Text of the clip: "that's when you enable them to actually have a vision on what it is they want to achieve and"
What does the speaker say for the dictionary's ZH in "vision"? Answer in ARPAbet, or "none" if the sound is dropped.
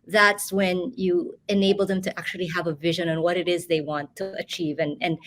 ZH